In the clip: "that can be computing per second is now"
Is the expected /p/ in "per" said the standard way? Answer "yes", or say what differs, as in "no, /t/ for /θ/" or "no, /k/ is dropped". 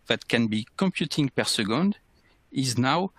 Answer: yes